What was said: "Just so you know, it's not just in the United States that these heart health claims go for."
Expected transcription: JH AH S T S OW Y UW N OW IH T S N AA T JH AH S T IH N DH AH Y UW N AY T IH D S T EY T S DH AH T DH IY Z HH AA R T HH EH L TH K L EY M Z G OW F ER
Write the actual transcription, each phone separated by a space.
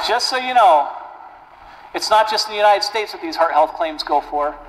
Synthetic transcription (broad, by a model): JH AH S T S OW Y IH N OW IH T S N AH T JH AH S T DH AH Y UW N AY T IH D S T EY T S DH AH T DH IY Z HH AA R T HH EH L TH K L EY M Z G OW F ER